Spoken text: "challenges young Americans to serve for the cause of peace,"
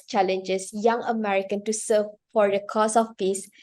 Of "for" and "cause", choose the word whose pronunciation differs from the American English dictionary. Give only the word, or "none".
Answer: cause